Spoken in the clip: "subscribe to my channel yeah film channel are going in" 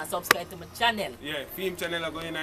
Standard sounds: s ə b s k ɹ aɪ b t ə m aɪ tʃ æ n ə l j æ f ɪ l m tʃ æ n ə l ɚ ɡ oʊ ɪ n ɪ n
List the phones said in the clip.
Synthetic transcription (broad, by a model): s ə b s k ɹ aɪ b t ə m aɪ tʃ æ n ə l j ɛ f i m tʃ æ n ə l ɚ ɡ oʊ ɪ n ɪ